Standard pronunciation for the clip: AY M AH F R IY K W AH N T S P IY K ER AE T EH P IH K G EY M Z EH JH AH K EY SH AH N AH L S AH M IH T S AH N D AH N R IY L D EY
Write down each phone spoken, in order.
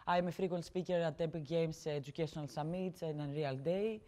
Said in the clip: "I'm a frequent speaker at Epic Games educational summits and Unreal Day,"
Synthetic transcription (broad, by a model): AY M AH F R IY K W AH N S P IY K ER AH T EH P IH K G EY M S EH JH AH K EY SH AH N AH L S AH M IH T S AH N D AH N R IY L D EY